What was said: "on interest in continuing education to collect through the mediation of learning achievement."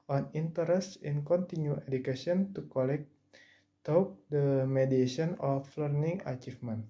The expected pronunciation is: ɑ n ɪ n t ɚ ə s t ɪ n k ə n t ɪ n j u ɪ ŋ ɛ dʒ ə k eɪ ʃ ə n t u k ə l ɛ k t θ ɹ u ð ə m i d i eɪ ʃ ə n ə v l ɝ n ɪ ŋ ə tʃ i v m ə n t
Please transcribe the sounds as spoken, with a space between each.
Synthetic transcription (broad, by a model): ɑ n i n t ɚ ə s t ɪ n k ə n t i n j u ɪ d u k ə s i ə n t u k ə l ɛ k t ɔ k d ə m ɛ d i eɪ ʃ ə n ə f l ɝ n ɪ ŋ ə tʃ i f m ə n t